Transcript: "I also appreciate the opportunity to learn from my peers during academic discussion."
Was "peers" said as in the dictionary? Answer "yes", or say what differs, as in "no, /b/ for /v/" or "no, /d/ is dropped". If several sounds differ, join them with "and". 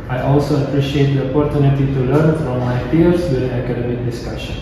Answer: no, /f/ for /p/ and /s/ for /z/